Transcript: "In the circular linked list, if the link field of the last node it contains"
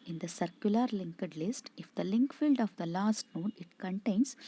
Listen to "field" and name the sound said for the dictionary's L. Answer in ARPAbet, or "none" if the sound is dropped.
L